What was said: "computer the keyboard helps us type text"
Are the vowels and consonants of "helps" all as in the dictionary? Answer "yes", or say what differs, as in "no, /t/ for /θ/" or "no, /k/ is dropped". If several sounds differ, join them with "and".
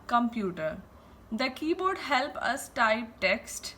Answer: no, /s/ is dropped